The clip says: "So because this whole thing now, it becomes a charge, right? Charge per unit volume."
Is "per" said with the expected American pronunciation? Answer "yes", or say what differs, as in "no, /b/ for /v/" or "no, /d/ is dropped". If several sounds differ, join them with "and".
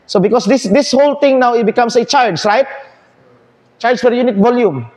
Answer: no, /f/ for /p/